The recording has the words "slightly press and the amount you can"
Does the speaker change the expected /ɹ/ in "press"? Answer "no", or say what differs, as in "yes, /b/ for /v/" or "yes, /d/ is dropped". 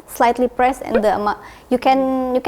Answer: no